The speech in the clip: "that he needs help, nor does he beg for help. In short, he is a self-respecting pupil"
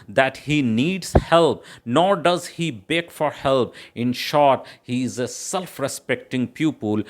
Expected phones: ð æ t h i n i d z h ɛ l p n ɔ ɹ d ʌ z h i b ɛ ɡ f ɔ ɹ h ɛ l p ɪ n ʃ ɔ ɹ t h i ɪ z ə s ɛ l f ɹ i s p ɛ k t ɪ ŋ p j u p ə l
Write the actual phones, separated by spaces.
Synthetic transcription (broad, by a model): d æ t h i n i d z h ɛ l p n ɔ ɹ d ʌ z h i b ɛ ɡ f ɔ ɹ h ɛ l p ɪ n ʃ ɔ ɹ t h i ɪ z ə s ɛ l f ɹ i s p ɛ k t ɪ ŋ p j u p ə l